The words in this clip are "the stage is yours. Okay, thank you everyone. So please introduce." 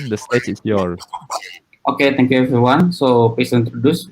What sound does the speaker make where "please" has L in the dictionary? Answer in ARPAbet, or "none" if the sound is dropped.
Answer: none